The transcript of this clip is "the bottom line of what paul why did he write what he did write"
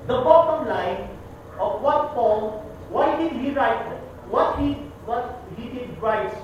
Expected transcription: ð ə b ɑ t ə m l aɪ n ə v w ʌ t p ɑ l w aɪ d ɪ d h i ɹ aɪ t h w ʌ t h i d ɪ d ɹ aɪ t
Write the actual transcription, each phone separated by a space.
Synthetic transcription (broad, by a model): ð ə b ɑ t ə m l aɪ n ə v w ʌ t f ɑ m w aɪ d ɪ d h i ɹ aɪ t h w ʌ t h i d ɪ d ɹ aɪ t